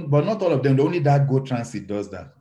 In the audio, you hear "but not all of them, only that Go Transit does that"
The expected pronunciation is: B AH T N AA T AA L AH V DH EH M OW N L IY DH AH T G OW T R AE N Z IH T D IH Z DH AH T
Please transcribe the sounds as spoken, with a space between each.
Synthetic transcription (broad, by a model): B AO T N AA T AA L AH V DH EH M OW N L IY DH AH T G OW T R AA N S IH T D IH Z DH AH T